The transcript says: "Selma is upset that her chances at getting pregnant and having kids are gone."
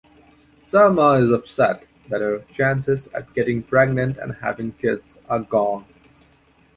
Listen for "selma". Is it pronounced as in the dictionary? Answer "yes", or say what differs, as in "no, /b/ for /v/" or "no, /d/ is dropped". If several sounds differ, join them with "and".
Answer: no, /l/ is dropped